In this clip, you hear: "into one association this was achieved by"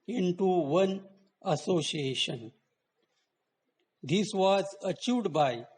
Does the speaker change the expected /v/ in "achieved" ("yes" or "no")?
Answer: yes